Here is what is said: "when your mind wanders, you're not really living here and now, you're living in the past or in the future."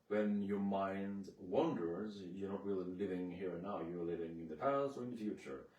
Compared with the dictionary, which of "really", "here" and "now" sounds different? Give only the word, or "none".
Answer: really